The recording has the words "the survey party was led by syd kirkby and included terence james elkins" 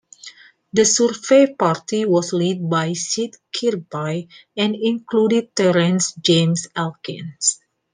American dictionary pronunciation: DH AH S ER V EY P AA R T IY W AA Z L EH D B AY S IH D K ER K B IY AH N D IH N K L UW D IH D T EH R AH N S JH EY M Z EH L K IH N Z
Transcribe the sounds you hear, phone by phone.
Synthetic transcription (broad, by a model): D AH S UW F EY P AA R T IY W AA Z L EH D B AY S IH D K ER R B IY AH N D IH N K L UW D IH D T EH R AH N S JH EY M S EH L K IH N S